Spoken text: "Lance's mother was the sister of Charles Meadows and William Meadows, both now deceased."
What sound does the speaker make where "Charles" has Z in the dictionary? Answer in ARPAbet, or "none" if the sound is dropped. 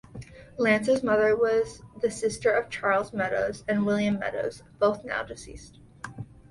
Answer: Z